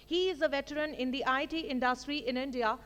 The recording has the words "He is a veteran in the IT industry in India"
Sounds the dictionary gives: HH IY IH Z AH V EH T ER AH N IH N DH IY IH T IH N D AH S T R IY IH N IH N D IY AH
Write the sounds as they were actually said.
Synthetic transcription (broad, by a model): HH IY IH Z AH V EH T ER AH N IH N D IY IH T IH N D AH S T R IY IH N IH N D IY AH